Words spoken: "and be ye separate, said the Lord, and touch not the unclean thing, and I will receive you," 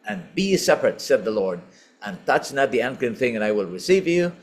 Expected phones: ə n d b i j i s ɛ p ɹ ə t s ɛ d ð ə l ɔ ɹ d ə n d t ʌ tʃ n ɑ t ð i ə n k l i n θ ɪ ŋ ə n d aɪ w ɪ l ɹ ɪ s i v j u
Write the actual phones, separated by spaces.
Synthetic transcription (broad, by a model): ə n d b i i s ɛ p ɹ ə t s ɛ d ð ə l ɔ ɹ d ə n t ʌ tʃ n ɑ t ð i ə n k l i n θ ɪ ŋ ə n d aɪ w ɪ l ɹ ɪ s i v j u